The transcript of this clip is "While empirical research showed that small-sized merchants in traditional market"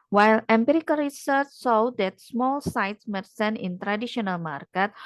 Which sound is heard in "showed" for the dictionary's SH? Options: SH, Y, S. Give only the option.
S